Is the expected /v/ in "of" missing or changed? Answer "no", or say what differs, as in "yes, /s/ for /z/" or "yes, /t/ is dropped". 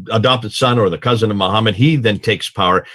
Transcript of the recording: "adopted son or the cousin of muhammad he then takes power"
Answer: no